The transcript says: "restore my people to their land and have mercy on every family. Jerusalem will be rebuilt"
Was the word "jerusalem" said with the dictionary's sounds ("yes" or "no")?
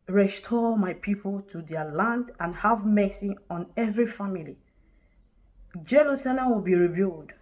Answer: no